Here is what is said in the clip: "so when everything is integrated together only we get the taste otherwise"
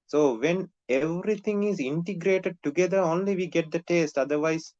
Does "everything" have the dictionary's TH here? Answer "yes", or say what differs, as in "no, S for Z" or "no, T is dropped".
no, T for TH